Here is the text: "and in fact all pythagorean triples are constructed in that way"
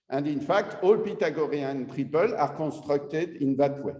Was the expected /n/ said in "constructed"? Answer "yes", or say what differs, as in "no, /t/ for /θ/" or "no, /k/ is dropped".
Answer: no, /n/ is dropped